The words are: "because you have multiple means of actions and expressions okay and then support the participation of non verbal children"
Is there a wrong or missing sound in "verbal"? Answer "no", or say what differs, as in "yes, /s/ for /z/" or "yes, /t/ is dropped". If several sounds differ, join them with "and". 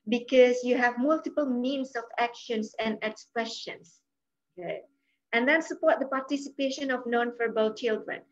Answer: yes, /f/ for /v/